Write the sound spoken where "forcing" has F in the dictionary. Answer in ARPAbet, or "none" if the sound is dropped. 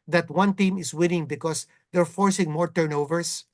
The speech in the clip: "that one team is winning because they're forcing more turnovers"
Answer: F